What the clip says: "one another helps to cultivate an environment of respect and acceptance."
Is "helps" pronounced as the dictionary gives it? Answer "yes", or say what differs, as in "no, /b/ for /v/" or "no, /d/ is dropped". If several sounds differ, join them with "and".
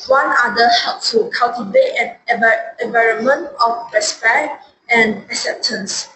no, /s/ is dropped